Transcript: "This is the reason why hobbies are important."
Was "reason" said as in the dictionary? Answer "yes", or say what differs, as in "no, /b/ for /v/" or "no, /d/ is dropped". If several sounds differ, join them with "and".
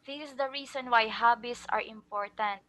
no, /s/ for /z/